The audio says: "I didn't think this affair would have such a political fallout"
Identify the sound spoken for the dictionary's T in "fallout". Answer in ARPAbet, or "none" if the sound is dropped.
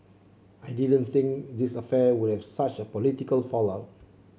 none